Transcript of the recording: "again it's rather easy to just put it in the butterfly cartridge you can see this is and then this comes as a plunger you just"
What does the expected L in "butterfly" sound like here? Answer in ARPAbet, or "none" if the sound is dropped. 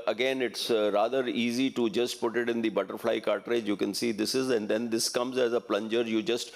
L